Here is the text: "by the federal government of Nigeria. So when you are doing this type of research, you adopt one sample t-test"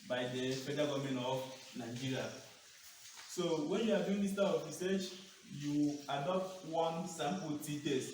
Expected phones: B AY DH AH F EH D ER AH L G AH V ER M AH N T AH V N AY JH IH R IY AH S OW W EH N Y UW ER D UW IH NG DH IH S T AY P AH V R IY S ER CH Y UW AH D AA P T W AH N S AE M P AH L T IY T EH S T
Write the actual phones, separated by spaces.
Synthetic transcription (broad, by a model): B AY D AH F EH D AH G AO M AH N AH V N AY JH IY R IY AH S OW W EH N Y UW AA D UW IH NG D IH S T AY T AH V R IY S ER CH Y UW AH D AA P T W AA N S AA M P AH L T IY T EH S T